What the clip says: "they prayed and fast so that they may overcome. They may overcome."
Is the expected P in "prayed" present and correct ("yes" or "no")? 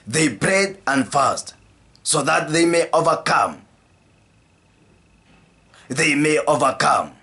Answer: no